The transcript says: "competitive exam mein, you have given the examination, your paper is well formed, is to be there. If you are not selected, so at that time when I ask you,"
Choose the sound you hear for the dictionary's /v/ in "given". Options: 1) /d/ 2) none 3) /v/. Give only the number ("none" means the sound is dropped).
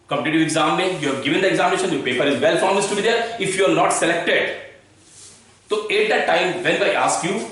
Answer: 3